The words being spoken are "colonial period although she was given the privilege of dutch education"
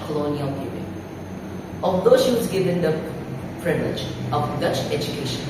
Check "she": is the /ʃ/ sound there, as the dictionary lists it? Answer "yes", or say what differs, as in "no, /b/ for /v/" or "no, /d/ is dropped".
yes